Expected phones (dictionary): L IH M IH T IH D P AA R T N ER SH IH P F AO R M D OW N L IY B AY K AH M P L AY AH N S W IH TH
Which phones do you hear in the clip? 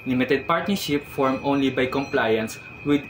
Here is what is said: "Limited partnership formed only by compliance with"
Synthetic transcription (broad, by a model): L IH M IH T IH D P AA R T N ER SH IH P F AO R M OW N L IY B AY K AH M P L AY AH N S W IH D